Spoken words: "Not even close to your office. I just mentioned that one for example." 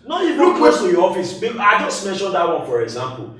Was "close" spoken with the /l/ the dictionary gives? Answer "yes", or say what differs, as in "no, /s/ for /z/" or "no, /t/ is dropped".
no, /w/ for /l/